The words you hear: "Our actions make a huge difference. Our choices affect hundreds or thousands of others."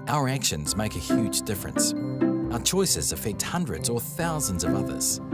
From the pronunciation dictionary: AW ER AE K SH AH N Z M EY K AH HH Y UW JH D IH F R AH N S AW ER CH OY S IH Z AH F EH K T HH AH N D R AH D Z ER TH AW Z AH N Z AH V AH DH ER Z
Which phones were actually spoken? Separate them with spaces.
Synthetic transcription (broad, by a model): AW ER AE K SH AH N Z M EY K AH HH Y UW JH D IH F R AH N S AW ER CH OY S IH Z AH F EH K T HH AH N D R AH D Z ER TH AW Z AH N Z AH V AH DH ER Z